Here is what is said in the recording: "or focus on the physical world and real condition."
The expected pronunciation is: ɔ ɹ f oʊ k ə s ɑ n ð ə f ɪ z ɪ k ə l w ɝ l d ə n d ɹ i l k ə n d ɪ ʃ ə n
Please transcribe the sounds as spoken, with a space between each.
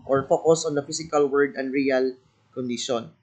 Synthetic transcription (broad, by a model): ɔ ɹ f oʊ k ə s ɑ n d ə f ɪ s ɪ k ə l w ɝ d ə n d ɹ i l k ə n d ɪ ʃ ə n